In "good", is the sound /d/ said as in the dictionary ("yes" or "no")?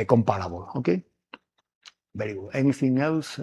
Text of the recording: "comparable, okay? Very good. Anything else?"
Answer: no